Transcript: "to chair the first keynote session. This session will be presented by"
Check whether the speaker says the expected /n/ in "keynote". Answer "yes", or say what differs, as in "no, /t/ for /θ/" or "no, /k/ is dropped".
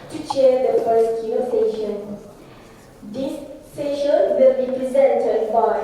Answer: no, /n/ is dropped